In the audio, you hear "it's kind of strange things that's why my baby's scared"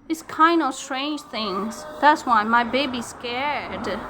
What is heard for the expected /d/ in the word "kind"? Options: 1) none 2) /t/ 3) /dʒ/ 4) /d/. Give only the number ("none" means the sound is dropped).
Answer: 4